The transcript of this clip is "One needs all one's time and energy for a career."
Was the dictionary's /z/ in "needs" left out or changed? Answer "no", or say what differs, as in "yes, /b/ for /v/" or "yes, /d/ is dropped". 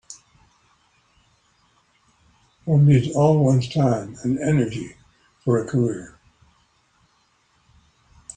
yes, /z/ is dropped